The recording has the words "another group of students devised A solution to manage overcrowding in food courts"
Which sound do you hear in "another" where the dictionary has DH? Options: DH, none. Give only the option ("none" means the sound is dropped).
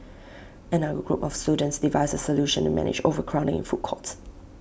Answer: none